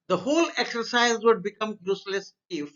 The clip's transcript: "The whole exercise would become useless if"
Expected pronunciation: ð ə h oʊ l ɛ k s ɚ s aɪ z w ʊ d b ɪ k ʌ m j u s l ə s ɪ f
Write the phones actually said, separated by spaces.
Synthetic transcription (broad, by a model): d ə h oʊ l ɛ k s ɚ s aɪ z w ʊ d b ɪ k ʌ m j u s l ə s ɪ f